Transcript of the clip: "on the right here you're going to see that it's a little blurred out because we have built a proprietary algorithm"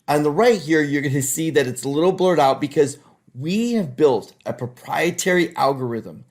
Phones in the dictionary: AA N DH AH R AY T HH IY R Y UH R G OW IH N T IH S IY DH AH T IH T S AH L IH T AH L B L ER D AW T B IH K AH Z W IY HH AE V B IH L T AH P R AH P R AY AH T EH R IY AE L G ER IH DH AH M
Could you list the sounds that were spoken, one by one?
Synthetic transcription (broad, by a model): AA N DH AH R AY T HH IY R Y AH R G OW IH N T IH S IY DH AH T IH T S L IH T L B L ER D AW T B IH K AH Z W IY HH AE V B IH L T AH P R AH P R AY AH T EH R IY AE L G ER IH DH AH M